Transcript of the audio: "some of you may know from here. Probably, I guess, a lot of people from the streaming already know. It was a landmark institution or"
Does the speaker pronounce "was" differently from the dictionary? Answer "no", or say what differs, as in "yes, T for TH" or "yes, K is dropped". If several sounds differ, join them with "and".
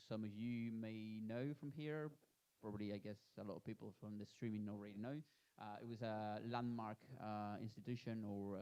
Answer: no